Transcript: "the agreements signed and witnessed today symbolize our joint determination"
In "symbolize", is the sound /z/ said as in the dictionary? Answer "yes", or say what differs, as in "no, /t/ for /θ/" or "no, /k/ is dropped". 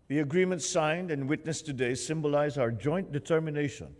yes